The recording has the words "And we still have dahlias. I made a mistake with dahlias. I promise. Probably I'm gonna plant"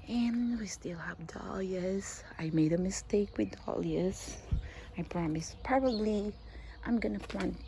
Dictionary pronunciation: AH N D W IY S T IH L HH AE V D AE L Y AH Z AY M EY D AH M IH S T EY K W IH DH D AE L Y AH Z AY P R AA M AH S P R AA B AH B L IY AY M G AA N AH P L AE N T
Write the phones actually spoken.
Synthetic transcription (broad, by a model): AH N W IY S T IH L HH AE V D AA L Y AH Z AY M EY D AH M IH S T EY K W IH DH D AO L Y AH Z AY P R AA M AH S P AA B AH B L IY AY M G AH N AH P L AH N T